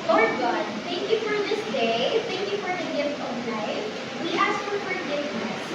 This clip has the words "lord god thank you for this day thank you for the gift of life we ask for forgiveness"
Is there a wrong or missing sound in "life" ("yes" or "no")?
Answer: yes